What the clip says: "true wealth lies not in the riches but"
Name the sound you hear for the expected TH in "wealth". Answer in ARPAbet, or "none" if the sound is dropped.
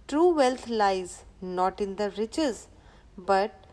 T